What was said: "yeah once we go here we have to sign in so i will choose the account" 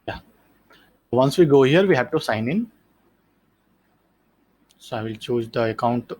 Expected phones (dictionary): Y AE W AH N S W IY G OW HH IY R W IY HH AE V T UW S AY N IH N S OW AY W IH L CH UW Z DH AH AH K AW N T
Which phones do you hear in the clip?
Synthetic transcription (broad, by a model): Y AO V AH N S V IY G OW HH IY R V IY HH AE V T UW S AY N IH N S OW AY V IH L CH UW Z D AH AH K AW N T